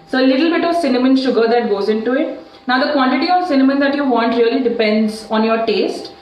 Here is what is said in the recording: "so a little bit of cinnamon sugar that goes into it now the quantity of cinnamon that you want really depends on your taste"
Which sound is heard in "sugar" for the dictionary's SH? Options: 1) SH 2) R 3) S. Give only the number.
1